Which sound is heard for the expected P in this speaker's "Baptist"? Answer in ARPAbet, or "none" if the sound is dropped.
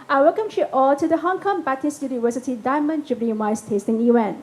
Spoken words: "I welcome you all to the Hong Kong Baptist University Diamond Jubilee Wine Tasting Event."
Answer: none